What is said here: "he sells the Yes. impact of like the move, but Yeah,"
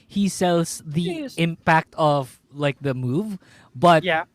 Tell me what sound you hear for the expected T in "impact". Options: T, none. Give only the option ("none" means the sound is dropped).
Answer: T